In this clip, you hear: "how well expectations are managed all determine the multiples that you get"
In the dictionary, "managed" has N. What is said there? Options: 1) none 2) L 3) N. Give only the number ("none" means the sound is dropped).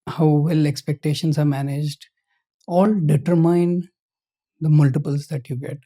3